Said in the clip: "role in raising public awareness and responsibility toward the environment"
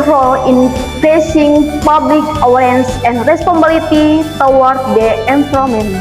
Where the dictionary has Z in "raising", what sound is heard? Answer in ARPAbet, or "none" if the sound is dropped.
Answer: S